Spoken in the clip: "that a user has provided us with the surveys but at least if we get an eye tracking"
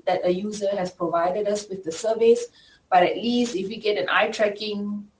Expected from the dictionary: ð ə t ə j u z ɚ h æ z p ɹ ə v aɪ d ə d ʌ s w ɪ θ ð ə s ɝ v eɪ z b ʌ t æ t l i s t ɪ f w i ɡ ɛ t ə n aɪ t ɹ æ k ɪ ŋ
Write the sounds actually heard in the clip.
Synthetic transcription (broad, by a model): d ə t ə j u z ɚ h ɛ s p ɹ ə v aɪ d ə d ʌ s w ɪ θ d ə s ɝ v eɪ s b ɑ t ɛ t l i s t ɪ f w i ɡ ɛ t ə n aɪ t ɹ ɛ k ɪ ŋ